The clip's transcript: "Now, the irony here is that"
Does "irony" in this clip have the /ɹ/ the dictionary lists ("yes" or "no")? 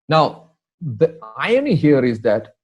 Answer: no